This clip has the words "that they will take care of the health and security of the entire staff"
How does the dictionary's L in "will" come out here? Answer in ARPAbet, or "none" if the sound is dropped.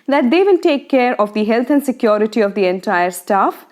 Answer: N